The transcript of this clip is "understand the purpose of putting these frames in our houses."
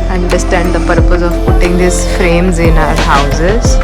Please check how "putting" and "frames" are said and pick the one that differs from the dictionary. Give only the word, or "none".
none